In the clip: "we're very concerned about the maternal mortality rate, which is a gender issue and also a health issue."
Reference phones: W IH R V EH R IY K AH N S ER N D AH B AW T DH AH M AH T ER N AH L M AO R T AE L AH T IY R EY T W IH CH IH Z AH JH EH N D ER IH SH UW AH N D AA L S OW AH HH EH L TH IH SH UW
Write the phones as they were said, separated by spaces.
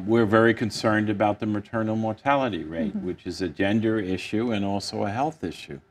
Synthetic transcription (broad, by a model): W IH R V EH R IY K AH N S ER N D AH B AW T DH AH M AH T ER N L M AO R T AE L AH T IY R EY T W IH CH IH Z AH JH EH N D ER IH SH UW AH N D AA L S OW AH HH EH L TH IH SH UW